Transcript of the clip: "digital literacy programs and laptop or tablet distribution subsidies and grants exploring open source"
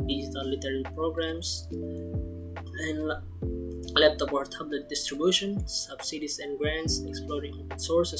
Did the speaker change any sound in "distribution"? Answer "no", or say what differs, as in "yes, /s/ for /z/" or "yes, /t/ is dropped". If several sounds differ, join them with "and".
no